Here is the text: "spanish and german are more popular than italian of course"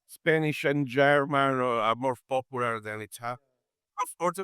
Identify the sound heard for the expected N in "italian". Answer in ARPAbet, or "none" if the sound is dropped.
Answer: none